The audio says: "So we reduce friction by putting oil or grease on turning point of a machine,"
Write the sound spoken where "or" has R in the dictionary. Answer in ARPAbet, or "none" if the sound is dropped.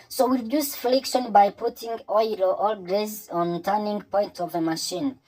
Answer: L